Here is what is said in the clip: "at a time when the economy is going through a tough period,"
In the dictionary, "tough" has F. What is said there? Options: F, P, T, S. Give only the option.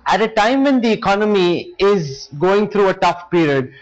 F